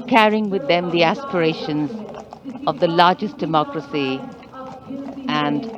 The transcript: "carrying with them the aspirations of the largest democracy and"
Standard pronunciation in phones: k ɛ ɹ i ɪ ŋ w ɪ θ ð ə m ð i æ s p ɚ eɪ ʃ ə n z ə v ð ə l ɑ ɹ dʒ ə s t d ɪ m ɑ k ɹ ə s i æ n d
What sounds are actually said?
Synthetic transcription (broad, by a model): k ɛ ɹ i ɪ ŋ w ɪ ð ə m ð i æ s p ɚ eɪ ʃ ə n z ə v ð ə l ɑ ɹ dʒ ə s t d ɪ m ɑ k ɹ ə s i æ n d